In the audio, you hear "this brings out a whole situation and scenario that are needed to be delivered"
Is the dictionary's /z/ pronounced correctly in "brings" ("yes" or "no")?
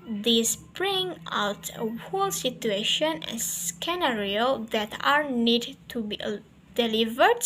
no